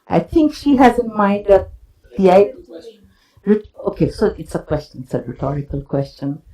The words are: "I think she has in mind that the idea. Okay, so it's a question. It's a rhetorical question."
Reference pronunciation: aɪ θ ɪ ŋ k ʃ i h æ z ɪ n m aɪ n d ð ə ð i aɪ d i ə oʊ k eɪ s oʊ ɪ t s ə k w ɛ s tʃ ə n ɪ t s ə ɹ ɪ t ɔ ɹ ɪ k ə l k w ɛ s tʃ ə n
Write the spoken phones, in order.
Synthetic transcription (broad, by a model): aɪ t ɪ ŋ k ʃ i h æ z ɪ n m aɪ n d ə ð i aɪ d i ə oʊ k eɪ s oʊ ɪ t s ə k w ɛ s tʃ ə n ɪ t s ə ɹ ɪ t ɔ ɹ ɪ k ə l k w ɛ s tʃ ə n